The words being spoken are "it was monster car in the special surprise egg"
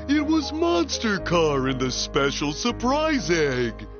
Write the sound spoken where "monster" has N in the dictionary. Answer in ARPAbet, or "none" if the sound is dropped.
N